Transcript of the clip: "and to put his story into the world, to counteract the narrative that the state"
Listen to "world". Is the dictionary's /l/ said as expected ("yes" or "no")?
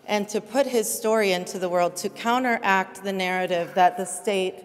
yes